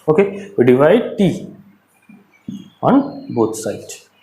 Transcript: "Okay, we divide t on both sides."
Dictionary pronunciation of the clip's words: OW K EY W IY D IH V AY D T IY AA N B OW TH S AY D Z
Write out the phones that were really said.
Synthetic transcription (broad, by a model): OW K EY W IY D IH V AY D T IY AA N B OW T S AY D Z